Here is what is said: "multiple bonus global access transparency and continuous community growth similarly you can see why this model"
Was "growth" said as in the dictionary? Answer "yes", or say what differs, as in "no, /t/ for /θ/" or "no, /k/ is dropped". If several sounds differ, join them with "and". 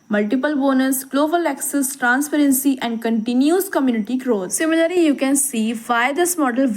no, /t/ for /θ/